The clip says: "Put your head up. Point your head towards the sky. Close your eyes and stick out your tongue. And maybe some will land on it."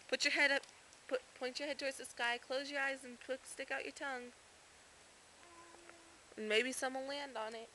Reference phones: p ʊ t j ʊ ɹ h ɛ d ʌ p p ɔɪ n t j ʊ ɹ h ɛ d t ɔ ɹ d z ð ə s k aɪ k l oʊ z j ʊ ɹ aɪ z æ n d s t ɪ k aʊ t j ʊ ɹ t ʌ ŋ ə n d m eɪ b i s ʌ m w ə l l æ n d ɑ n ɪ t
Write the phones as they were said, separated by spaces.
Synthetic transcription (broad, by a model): p ʊ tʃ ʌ ɹ h ɛ d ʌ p p ɔɪ n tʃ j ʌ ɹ h ɛ d t ɔ ɹ d z ð ə s k aɪ k l oʊ z j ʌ ɹ aɪ z n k s t ɪ k aʊ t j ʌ ɹ t ʌ ŋ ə n m eɪ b i s ʌ m w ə n l æ n d n ɪ t